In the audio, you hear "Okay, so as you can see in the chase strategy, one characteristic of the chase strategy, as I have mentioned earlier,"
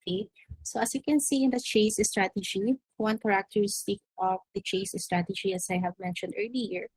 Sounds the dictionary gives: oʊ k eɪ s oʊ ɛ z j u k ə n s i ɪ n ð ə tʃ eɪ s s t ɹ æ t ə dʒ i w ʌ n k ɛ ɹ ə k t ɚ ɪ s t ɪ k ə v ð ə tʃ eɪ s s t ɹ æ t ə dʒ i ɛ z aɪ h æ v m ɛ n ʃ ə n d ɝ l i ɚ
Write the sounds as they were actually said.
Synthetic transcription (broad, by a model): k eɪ s oʊ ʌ s j u k ə n s i ɪ n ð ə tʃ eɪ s s t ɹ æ t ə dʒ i w ʌ n k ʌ ɹ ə k t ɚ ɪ s t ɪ k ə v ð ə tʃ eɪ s s t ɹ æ t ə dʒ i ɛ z aɪ h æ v m ɛ n ʃ ə n d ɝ l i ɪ